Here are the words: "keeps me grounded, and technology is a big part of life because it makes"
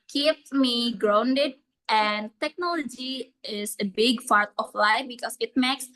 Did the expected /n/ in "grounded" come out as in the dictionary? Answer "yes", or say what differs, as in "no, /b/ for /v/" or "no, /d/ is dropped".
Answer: yes